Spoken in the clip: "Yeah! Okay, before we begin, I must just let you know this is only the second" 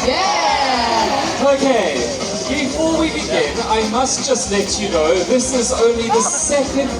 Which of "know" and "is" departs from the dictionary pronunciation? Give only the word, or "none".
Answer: none